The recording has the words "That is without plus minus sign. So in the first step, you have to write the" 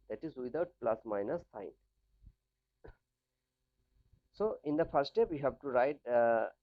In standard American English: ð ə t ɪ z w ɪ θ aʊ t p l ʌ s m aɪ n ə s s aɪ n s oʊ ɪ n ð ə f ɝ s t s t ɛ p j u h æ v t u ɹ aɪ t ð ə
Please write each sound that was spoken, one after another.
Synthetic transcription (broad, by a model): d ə t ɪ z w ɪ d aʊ t p l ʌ s m aɪ n ə s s aɪ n s oʊ ɪ n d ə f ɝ t s t ɛ p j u h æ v t u ɹ aɪ t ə